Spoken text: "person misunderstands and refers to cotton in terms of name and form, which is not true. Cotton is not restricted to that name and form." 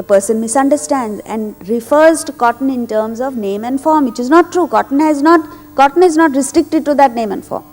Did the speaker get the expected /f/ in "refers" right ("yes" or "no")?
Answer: yes